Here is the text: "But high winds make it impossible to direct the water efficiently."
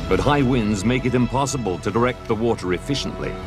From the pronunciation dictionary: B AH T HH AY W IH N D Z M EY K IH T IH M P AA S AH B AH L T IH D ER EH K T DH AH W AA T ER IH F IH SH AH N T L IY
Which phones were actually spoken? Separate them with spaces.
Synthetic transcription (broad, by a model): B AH T HH AY W IH N D Z M EY K IH T IH M P AA S AH B AH L T IH D ER EH K T DH AH W AA T ER IH F IH SH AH N T L IY